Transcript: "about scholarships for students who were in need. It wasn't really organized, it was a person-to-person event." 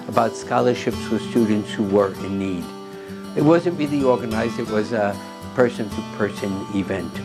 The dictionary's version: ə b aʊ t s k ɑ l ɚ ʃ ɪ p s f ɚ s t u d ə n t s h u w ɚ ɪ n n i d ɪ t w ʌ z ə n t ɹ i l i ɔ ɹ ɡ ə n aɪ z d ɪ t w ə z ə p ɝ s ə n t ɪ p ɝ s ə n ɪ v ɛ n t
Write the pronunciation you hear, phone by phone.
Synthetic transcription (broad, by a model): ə b aʊ t s k ɑ l ɚ ʃ ɪ p s f ɚ s t u d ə n t s h u w ɚ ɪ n n i d ɪ t w ʌ z ə n t ɹ i l i ɔ ɹ ɡ ə n aɪ z d ɪ t w ə z ə p ɝ s ə n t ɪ p ɝ s ə n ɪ v ɛ n t